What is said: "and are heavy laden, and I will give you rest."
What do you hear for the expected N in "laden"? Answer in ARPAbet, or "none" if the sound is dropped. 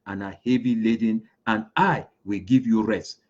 N